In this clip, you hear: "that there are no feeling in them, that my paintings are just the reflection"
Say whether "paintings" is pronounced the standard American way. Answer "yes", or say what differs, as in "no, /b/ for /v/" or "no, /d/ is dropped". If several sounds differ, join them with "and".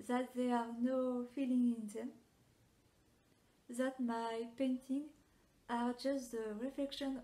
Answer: no, /z/ is dropped